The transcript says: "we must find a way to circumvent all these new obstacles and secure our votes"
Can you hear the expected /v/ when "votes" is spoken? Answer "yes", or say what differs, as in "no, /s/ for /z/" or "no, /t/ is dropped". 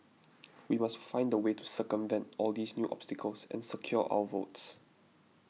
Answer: yes